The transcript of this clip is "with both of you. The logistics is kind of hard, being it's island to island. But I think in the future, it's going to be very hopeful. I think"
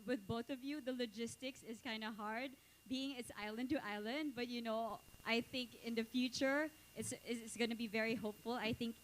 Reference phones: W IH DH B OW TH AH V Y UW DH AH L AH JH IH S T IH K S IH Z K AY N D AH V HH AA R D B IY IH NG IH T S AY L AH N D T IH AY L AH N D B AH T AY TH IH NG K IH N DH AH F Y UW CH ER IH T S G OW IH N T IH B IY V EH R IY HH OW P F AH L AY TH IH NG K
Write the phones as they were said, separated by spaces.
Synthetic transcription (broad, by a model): W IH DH B OW TH AH V Y UW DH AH L AH JH IH S T IH K S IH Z K AY N D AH HH AA R D B IY IH NG IH T S AY L AH N D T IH AY L AH N D B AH T AY TH IH NG K IH N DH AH F Y UW CH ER IH T S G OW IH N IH B IY V EH R IY HH OW P F AH L AY TH IH NG K